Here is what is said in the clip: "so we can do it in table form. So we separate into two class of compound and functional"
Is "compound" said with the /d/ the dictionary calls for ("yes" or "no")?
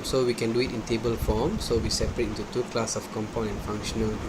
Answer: no